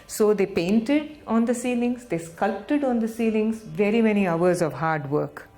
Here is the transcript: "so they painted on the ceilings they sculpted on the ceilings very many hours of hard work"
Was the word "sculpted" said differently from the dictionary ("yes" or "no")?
no